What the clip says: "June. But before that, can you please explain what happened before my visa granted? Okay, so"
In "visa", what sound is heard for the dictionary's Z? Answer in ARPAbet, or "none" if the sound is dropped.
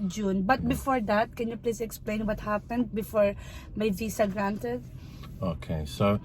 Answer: S